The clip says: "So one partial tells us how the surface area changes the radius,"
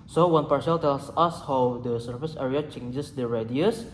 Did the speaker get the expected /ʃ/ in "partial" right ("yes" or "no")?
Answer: no